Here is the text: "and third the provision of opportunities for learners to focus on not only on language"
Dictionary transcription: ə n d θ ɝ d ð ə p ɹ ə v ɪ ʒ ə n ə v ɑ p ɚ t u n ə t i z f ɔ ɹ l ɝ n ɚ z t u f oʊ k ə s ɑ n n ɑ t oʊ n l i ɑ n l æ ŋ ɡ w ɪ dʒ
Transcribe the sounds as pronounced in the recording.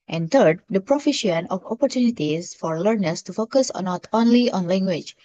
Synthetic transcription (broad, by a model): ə n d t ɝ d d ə p ɹ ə f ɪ ʃ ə n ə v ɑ p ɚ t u n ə t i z f ɔ ɹ l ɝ n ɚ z t u f oʊ k ə s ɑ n n ɑ t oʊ n l i ɑ n l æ ŋ ɡ w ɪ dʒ